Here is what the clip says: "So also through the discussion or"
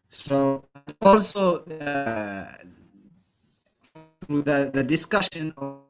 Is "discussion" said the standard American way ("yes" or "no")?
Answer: yes